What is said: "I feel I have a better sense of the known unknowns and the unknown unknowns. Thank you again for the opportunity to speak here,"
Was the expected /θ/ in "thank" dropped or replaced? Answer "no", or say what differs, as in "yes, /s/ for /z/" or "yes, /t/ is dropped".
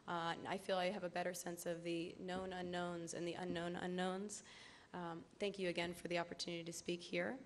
no